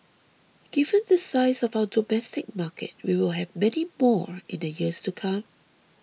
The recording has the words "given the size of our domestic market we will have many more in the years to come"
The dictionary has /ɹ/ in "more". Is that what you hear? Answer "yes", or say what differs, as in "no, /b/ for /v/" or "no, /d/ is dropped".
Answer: yes